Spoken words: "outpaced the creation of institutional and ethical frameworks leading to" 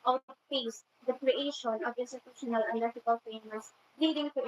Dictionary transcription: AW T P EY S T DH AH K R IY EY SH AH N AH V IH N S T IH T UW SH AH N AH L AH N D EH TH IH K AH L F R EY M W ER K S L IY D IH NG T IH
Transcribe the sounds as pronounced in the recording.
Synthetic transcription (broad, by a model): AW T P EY S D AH K R IY EY SH AH N AH V IH N S T IH T UW SH AH N AH L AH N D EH T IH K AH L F EY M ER S L IY D IH NG T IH